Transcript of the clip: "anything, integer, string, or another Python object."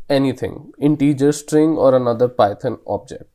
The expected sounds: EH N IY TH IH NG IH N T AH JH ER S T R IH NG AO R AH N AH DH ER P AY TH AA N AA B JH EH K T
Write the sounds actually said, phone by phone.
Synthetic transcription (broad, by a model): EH N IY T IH NG IH N T AH JH ER S T R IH NG AO R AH N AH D ER P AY T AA N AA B JH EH K T